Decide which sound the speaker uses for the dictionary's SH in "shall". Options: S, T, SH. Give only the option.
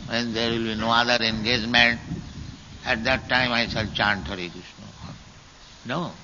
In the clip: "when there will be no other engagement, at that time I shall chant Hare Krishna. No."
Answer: S